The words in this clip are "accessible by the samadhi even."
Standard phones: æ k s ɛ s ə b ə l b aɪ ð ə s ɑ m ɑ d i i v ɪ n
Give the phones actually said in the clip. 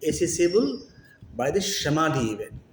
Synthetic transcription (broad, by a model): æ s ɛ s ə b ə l b aɪ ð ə ʃ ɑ m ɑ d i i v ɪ